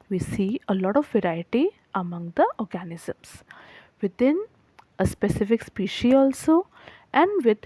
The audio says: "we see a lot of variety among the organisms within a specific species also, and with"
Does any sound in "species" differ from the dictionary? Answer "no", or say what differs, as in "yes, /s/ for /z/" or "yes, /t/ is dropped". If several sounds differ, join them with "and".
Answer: yes, /z/ is dropped